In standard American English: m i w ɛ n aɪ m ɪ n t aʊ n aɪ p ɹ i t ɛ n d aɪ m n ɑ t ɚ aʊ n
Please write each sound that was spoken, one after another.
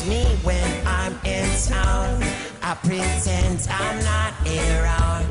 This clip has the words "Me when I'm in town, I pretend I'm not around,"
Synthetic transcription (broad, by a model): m i w ɛ n aɪ m ɪ n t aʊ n aɪ p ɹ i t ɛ n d aɪ m n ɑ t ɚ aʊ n